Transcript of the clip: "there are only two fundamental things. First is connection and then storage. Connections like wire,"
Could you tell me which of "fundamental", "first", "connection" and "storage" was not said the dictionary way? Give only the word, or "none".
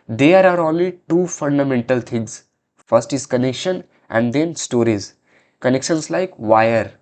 storage